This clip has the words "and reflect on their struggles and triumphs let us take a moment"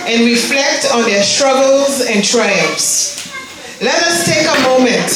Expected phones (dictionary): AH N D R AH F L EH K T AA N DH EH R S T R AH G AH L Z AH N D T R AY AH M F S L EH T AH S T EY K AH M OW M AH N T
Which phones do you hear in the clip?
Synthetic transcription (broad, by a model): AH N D R AH F L EH K T AA N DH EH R S T R AH G AH L Z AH N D T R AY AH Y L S L EH T AH S T EY K AH M OW M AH N T